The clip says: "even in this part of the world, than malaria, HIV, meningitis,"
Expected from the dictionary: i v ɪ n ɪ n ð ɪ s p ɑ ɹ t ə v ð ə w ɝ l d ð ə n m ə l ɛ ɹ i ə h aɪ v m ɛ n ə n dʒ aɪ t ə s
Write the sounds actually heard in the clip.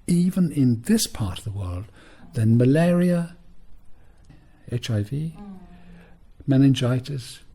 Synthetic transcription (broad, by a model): i v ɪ n ɪ n ð ɪ s p ɑ ɹ t ə v ð ə w ɝ l d ð ə n m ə l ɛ ɹ i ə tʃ aɪ v m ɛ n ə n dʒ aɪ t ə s